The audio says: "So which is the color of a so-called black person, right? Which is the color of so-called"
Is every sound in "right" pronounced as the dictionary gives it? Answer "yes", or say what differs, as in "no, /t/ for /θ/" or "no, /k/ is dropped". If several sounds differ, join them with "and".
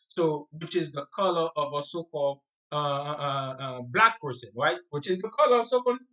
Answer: yes